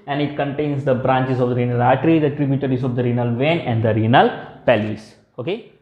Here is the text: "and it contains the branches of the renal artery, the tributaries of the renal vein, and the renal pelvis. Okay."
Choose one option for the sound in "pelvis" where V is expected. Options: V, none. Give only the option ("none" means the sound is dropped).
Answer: none